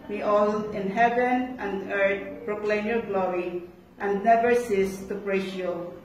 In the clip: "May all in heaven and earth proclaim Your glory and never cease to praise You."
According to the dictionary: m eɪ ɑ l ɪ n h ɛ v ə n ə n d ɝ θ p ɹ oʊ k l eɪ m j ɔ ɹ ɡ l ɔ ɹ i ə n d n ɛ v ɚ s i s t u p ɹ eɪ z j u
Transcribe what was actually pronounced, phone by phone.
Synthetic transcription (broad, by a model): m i ɑ l ɪ n h ɛ v ə n ə n d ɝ t p ɹ oʊ k l eɪ m j ɔ ɹ ɡ l ɔ ɹ i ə n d n ɛ v ɚ s i s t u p ɹ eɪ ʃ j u